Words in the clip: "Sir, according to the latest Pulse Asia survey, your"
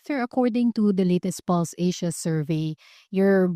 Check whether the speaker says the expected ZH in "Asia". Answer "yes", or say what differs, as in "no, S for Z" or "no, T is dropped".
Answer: no, SH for ZH